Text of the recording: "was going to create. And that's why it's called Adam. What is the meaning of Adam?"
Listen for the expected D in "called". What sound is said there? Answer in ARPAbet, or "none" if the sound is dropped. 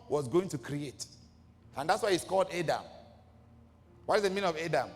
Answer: D